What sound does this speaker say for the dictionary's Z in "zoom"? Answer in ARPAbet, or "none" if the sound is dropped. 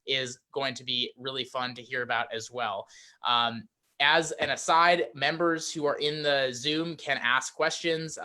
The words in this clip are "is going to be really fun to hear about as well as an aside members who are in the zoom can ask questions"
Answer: Z